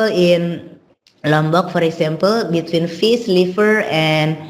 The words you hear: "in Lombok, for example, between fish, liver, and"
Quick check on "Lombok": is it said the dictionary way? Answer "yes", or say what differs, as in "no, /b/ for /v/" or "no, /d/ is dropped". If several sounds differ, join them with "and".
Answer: yes